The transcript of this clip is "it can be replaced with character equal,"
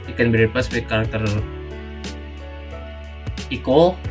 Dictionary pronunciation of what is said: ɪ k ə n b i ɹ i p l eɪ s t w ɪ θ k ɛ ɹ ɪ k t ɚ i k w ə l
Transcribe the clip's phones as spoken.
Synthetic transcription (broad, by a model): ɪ k ə n b i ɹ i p eɪ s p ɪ k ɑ ɹ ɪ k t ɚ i k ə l